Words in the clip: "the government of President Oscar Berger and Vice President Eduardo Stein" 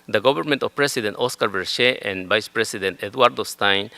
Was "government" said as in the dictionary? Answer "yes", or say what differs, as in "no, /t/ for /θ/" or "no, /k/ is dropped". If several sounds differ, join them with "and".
no, /b/ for /v/